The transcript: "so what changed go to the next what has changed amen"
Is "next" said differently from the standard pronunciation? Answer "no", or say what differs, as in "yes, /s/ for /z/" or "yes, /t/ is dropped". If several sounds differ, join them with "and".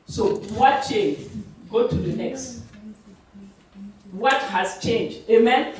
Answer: no